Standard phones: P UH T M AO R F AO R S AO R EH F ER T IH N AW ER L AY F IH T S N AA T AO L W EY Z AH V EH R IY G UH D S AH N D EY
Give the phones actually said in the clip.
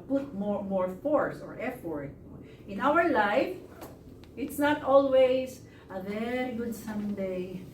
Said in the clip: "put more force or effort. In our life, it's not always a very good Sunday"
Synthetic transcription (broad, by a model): P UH T M AO R F AO R S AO R EH F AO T IH N AW ER L AY F IH T S N AA T AO L W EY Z AH V EH R IY G UH D S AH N D EY